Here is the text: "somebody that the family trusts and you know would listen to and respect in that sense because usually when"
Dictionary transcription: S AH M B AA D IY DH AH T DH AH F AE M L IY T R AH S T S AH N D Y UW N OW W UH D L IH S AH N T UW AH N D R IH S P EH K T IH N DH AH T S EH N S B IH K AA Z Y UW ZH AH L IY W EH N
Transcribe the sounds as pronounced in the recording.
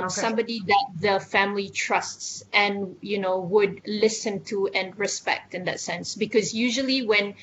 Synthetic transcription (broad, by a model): S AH M B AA D IY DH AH T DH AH F AE M L IY T R AH S T S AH N Y UW N OW W UH D L IH S AH N T UW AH N R IH S P EH K T IH N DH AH T S EH N S B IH K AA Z Y UW ZH AH L IY W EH N